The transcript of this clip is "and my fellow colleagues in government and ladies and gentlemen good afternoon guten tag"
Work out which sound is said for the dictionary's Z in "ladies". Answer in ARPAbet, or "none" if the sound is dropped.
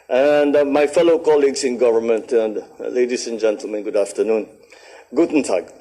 S